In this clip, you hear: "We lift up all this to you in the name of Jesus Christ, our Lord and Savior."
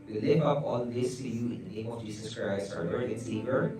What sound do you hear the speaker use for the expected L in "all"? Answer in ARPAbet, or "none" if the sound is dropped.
N